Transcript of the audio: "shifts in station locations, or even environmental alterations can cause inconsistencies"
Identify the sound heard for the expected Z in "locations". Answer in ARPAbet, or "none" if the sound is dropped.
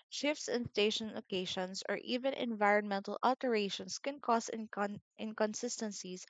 S